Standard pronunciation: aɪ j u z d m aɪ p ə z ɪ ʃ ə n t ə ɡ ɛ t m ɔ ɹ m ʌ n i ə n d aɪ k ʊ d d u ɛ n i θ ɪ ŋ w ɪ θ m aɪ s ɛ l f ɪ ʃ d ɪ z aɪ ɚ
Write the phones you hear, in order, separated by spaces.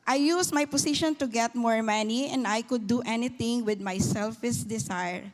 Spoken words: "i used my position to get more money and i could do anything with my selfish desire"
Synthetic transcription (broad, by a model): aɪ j u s m aɪ p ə s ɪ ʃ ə n t ə ɡ ɛ t m ɔ ɹ m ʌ n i ə n d aɪ k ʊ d d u ɛ n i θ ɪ ŋ w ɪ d m aɪ s ɛ l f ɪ s d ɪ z aɪ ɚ